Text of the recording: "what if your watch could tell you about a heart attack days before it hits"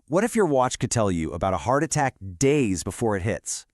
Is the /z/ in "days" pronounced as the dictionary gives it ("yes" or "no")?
yes